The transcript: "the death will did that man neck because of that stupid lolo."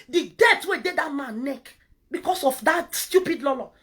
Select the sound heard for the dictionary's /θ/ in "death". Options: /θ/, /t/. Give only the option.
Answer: /t/